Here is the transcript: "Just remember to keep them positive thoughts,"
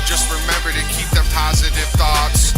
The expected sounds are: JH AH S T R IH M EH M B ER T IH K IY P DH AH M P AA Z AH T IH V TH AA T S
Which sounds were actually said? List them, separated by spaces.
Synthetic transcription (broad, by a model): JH AH S T R IH M EH M B ER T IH K IY P DH AH M P AA Z AH T IH V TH AA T S